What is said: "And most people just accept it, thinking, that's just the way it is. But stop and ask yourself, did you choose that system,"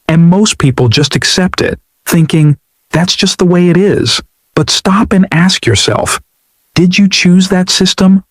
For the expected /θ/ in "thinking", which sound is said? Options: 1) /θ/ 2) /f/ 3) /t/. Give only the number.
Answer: 1